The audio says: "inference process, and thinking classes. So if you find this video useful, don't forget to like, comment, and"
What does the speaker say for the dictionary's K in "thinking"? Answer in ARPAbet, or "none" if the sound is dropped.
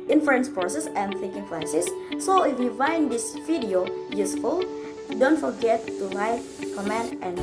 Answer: K